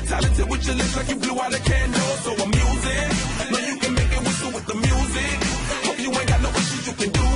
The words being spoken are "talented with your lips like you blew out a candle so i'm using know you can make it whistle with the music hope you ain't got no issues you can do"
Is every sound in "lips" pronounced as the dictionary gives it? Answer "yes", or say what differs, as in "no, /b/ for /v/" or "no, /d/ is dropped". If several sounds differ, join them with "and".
no, /p/ is dropped